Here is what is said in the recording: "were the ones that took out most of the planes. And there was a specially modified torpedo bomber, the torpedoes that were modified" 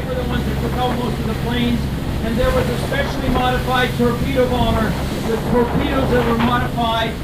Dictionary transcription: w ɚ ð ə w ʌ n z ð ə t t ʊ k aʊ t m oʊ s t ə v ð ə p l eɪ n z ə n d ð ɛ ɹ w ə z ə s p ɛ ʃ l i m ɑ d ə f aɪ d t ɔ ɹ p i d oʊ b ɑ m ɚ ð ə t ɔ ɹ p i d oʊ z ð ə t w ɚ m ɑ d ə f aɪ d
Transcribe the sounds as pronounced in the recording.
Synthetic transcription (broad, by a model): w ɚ ð ə w ʌ n z ð ə t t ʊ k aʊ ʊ m oʊ s t ə v ð ə p l eɪ n z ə n ð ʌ ɹ w ə z ə s p ɛ ʃ l i m ɑ d ə f aɪ d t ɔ ɹ p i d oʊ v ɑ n ɚ ð ə t ɔ ɹ p i d oʊ z ð ə t w ɚ m ɑ d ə f aɪ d